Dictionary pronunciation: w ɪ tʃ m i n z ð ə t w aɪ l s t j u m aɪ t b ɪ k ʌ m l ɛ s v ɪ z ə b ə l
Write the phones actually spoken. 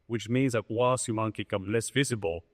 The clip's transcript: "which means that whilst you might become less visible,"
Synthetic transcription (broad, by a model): w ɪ tʃ m i n z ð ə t w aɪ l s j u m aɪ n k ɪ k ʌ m l ɛ s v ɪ z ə b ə l